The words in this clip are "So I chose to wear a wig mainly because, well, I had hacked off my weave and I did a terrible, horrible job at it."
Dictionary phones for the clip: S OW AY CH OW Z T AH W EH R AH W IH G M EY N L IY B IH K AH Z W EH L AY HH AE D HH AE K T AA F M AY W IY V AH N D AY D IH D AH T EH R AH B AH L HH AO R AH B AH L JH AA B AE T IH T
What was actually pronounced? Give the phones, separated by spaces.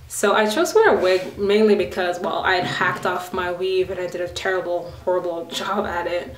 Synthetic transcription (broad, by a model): S OW AY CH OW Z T W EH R AH W IH G M EY N L IY B IH K AH Z W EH L AY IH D HH AE K T AA F M AY W IY V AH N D AY D IH D AH T EH R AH B L HH AO R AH B L JH AA B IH T IH T